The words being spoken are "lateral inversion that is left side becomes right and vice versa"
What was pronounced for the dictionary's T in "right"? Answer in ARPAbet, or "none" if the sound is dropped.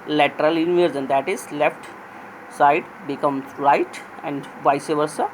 T